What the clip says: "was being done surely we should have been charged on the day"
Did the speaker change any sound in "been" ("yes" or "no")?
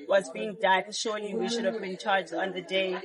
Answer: no